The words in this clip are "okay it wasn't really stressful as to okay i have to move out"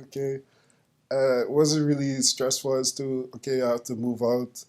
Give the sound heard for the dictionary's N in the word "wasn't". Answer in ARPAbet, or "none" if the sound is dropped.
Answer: none